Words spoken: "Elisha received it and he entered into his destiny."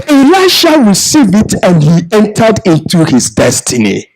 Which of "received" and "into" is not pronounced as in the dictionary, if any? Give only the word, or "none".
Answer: received